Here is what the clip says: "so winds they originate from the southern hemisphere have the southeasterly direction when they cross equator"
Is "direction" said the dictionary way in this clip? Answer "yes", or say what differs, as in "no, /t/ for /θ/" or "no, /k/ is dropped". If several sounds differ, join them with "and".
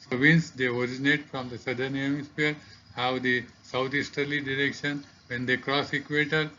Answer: yes